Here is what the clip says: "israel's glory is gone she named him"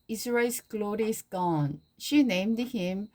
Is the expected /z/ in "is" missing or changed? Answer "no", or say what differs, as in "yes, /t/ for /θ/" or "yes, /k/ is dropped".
yes, /s/ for /z/